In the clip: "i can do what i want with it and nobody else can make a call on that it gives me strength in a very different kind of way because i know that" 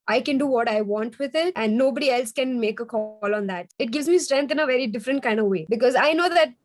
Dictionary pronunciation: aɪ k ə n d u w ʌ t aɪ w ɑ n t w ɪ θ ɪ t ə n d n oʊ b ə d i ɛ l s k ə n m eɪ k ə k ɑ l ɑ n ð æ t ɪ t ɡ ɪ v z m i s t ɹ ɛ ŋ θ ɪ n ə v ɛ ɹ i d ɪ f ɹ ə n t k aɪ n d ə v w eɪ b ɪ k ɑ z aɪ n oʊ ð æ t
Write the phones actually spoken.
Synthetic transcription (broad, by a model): aɪ k ə n d u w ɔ t aɪ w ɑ n t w ɪ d ɪ t ə n d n oʊ b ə d i ɛ l s k ə n m eɪ k ə k ɑ l ɑ n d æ t ɪ t ɡ ɪ v z m i s t ɹ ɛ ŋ t ɪ n ə v ɛ ɹ i d ɪ f ɹ ə n t k aɪ n d ə v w eɪ b ɪ k ɑ z aɪ n oʊ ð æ t